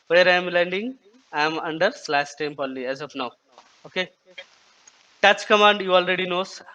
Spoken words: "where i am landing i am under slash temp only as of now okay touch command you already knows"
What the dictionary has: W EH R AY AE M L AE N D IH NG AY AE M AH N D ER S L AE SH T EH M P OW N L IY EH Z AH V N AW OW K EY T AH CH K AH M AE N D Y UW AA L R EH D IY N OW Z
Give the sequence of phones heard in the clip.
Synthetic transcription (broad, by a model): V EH R AY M L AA N D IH NG AY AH M AH N D ER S L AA S T EH M P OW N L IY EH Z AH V N AW OW K EY T AH CH K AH M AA N D Y UW AA L R EH D IY N OW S